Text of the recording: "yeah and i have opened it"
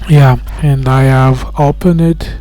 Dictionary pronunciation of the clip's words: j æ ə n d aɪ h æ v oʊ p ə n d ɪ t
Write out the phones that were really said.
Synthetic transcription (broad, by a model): j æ ə n d aɪ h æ v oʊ p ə n ɪ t